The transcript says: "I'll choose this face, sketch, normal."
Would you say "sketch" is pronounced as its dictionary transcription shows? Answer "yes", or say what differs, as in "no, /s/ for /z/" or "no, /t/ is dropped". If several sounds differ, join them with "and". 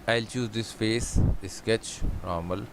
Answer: yes